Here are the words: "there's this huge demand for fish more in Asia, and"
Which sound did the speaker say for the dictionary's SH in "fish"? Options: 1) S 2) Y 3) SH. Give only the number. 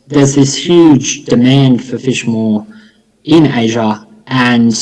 3